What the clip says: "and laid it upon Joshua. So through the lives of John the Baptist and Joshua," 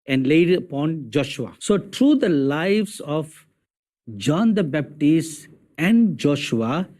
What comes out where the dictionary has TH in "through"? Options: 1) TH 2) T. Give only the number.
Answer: 2